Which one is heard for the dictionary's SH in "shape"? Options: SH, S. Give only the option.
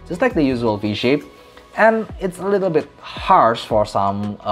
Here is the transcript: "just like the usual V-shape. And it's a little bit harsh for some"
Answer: SH